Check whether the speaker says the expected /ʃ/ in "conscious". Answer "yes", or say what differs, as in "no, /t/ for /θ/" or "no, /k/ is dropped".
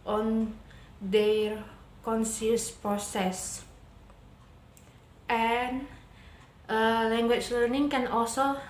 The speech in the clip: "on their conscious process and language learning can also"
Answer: no, /s/ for /ʃ/